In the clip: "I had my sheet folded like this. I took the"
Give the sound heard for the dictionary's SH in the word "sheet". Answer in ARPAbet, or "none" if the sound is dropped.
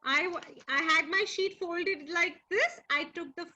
SH